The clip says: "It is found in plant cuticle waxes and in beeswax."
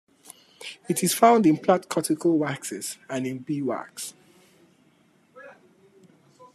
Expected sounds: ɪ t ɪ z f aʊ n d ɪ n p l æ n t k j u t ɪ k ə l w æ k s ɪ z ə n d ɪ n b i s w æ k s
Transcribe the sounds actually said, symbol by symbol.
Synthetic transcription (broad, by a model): ɪ t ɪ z f aʊ n d ɪ n p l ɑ t k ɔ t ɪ k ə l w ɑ k s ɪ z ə n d ɪ n b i w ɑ k s